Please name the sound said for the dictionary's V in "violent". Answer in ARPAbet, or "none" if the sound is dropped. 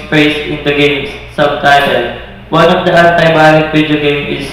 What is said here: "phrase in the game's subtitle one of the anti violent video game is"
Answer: B